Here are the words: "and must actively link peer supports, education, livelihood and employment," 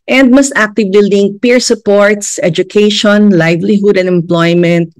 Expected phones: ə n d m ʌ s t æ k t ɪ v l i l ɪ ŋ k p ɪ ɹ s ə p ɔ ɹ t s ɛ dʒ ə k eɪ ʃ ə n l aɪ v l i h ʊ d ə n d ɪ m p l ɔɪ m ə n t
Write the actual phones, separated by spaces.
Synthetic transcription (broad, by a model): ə n d m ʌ s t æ k t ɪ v i l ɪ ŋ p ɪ ɹ s ə p ɔ ɹ t s ɛ dʒ ə k eɪ ʃ ə n l aɪ v l i h ʊ d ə n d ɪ m p l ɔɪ m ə n t